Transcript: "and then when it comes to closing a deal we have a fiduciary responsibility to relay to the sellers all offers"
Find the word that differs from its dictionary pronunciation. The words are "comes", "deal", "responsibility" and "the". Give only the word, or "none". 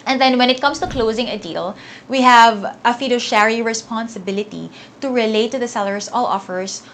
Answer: comes